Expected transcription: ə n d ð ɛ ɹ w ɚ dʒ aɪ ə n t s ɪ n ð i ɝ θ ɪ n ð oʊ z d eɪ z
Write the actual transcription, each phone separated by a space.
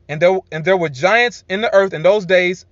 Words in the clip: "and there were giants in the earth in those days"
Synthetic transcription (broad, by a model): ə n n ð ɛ ɹ w ɚ dʒ aɪ ə n t s ɪ n ð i ɝ θ ɪ n ð oʊ z d eɪ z